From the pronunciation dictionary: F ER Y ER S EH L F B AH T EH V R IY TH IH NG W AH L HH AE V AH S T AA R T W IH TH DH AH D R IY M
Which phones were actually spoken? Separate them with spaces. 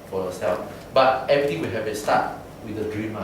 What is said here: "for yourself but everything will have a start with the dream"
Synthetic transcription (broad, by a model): F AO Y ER S EH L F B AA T EH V R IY T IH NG W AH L HH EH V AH S T AA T W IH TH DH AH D R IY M